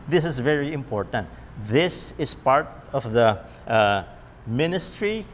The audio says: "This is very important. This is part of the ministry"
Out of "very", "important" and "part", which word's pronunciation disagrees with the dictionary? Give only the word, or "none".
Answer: none